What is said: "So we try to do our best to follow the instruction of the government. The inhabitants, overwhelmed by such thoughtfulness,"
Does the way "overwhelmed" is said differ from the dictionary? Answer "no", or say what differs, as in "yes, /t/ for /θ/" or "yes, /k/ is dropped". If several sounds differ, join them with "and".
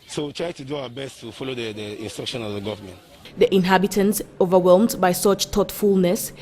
no